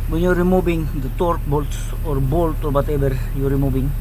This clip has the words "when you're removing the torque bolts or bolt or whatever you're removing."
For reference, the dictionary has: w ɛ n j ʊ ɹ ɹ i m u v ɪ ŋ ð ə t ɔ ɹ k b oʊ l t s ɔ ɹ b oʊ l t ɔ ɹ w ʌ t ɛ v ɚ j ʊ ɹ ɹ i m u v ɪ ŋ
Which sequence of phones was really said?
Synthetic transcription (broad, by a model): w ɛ n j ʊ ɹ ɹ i m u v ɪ ŋ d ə t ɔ ɹ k b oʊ l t s ɔ ɹ b oʊ l t ɔ ɹ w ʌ t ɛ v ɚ j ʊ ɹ ɹ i m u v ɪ ŋ